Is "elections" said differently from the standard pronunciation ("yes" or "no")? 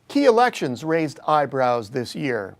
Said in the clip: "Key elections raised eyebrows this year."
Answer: no